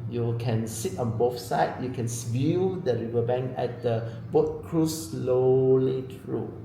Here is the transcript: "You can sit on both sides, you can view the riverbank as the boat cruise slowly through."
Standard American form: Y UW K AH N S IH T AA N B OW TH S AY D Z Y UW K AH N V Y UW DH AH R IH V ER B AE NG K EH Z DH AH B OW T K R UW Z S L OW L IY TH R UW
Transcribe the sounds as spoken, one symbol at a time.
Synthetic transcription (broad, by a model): Y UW K AH N S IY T AA N B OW F S AY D Y UW K AH N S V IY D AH R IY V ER B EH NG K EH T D AH B OW T K R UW S L OW L IY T R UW